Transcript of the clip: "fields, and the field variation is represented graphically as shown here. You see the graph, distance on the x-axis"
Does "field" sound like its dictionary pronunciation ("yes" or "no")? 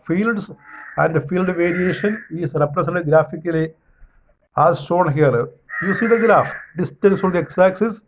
yes